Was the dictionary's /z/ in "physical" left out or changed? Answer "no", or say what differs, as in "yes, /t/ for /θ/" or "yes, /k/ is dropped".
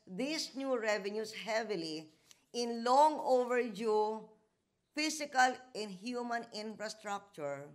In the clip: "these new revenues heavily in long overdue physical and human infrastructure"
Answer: yes, /s/ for /z/